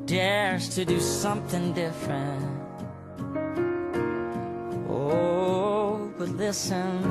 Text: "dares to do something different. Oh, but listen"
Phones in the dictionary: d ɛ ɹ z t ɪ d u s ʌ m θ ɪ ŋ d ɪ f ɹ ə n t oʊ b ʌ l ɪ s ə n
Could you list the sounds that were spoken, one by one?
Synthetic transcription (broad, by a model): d ɛ ɹ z t ɪ d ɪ s ʌ m θ ɪ ŋ d ɪ f ɹ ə n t oʊ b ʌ l ɪ s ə n